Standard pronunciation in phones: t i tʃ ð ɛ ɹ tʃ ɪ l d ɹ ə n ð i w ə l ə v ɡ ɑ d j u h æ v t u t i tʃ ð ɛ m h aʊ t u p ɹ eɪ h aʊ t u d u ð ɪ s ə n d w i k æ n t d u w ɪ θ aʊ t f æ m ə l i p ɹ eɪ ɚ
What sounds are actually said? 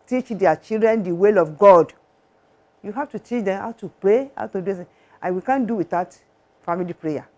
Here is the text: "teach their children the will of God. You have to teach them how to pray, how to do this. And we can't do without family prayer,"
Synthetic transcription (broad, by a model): t i tʃ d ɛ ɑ tʃ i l d ɹ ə n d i w ə l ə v ɡ ɑ d j u h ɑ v t u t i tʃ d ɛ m h aʊ t u p ɹ eɪ h aʊ t u d u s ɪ ə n w i k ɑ n d u w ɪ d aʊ t f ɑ m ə l i p ɹ eɪ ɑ